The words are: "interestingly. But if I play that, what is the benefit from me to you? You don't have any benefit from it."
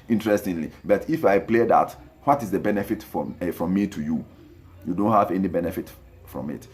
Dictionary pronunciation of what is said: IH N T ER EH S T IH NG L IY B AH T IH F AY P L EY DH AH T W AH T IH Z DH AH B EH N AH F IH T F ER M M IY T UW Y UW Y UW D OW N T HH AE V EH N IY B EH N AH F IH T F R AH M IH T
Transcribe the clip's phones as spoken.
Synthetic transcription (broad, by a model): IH N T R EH S T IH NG L IY B AH T IH F AY P L EY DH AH T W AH T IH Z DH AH B EH N AH F IH T F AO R M IY T UW Y UW Y UW D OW N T HH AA V EH N IY B EH N AH F IH T F R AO M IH T